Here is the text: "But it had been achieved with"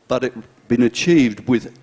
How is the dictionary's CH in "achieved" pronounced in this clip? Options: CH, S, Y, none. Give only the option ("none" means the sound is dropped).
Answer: CH